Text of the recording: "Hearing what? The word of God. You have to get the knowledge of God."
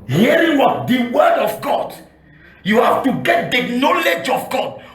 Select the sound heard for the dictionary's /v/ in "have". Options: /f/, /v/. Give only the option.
/f/